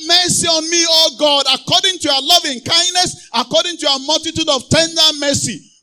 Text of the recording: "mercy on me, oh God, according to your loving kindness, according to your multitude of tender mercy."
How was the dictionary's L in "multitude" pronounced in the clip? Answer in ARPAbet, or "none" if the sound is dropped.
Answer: L